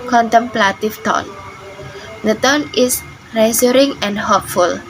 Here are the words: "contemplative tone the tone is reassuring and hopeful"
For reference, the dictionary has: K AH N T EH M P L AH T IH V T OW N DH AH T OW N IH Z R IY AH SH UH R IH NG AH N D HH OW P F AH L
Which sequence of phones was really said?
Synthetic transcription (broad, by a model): K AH N T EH M P L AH T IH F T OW N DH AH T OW N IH S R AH S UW R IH NG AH N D HH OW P F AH L